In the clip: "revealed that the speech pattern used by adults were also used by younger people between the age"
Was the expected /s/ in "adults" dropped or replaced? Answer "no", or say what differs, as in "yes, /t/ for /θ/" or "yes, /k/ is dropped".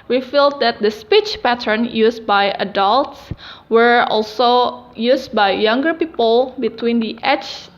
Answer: no